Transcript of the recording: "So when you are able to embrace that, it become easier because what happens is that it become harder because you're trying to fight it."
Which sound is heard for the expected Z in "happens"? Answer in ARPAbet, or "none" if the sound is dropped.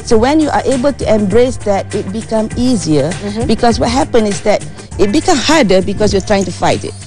none